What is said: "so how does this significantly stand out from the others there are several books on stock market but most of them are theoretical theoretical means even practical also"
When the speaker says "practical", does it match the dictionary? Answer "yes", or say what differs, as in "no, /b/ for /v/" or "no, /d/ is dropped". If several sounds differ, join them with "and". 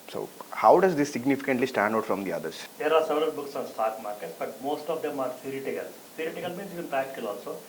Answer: no, /ɹ/ is dropped